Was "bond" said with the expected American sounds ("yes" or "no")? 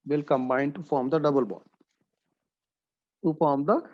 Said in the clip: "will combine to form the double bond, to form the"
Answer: no